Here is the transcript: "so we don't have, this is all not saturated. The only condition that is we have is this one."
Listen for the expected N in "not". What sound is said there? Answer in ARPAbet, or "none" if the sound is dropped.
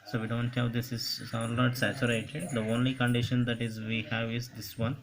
L